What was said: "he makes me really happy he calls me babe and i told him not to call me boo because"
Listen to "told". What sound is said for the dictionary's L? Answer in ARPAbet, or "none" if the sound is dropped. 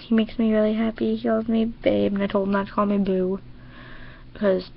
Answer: L